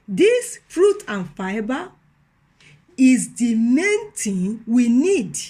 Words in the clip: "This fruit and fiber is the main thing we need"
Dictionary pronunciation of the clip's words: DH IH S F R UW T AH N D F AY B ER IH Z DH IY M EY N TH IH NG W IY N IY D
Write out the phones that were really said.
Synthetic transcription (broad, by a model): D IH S F R UW T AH N F AY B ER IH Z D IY M EY N T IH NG W IY N IY D